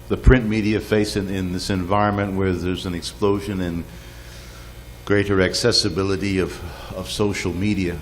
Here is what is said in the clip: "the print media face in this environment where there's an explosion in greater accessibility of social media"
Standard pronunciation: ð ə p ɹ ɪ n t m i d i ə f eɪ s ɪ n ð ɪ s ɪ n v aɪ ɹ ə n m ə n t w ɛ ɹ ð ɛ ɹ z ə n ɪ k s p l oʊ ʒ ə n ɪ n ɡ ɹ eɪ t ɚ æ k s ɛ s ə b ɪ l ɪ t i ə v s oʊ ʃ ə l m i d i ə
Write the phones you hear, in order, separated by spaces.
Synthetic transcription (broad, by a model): ð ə p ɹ ɪ n m i d i ə f eɪ s ɪ n ð ɪ s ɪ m v aɪ ɹ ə n m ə n t w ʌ ɹ ð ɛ ɹ z ə n ɪ k s p l oʊ ʒ ə n ɪ n ɡ ɹ eɪ t ɚ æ k s ɛ s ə b ɪ l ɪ t i ə v s oʊ ʃ l m i d i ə